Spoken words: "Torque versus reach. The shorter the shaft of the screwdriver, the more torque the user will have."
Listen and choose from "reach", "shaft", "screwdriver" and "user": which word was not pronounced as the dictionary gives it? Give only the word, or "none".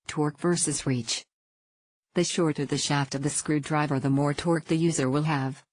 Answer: none